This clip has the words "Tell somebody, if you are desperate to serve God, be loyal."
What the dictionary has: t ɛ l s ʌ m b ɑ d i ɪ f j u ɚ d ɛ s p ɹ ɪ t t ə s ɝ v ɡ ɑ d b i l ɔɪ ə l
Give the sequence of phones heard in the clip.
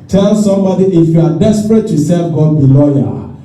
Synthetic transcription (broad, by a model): t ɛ l s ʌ m b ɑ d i ɪ f j u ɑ d ɛ s p ɹ ɪ t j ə s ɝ f ɡ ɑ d b i l ɔɪ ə